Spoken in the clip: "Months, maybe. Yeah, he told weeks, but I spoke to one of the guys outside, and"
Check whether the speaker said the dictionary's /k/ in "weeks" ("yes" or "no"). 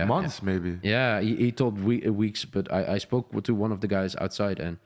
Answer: yes